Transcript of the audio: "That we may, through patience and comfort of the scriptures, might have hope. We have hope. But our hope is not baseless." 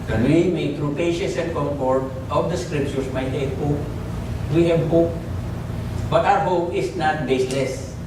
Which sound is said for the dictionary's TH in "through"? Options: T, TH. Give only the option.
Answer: T